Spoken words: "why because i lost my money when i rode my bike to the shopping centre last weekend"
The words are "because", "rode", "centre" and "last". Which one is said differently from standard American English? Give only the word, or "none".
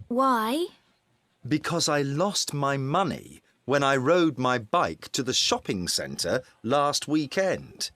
none